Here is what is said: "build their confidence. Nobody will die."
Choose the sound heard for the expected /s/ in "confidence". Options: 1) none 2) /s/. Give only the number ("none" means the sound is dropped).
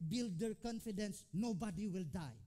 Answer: 2